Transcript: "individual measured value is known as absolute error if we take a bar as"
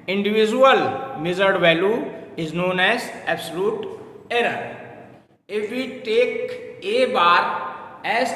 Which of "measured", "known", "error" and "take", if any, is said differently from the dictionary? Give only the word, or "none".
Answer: measured